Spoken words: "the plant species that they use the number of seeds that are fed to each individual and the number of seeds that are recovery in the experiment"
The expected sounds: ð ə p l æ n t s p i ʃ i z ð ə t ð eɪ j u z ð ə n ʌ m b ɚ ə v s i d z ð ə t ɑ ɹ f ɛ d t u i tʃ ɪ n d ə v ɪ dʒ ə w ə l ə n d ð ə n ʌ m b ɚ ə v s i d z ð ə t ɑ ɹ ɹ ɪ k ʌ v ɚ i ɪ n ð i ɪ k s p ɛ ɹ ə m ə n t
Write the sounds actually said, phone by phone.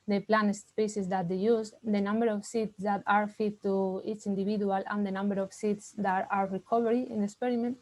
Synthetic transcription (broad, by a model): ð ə p l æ n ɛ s p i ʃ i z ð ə t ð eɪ j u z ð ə n ʌ m b ɚ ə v s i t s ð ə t ɑ ɹ f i t u i tʃ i n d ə b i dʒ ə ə l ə n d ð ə n ʌ m b ɚ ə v s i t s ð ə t ɑ ɹ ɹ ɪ k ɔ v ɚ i ɪ n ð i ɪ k s p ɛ ɹ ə m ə n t